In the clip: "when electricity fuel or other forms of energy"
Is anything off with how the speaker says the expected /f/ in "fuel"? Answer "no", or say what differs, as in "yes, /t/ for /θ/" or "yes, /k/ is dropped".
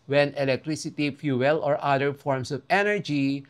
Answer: no